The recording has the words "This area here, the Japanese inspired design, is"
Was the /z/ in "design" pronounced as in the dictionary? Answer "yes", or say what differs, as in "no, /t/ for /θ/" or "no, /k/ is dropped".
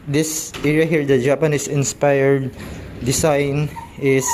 no, /s/ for /z/